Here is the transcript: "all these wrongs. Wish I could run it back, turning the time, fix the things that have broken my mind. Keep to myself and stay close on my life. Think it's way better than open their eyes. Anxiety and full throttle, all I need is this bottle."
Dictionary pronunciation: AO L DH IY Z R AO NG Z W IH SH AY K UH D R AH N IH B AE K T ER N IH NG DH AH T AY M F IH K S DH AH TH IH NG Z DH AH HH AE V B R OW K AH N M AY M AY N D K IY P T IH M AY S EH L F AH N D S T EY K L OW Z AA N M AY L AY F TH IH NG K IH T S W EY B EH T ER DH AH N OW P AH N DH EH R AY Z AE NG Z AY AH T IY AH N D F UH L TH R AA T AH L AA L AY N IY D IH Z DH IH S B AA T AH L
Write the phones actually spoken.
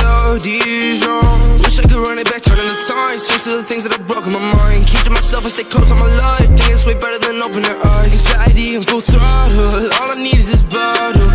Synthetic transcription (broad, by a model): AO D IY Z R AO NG W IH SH AY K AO R AH N IH B AE K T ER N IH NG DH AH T AY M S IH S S DH AH TH IH NG Z DH AH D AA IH B R OW K AH N M AY M AY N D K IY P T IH M AY S EH L F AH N S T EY K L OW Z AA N M AY L AY F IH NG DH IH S W EY B EH T ER DH AH N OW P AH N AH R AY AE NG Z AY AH T IY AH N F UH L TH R AA L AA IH N IY D IH Z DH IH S B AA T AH